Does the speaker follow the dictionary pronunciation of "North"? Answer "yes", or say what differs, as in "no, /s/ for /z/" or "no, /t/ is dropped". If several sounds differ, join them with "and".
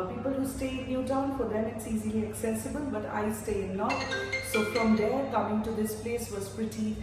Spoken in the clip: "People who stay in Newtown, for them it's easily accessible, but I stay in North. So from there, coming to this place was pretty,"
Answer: no, /l/ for /n/